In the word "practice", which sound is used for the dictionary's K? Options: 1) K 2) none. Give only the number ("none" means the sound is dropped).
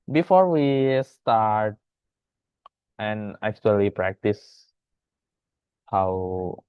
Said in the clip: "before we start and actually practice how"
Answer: 1